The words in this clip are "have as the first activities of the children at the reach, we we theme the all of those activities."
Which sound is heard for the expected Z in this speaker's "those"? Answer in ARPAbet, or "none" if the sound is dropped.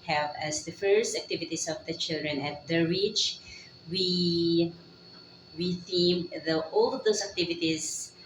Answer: S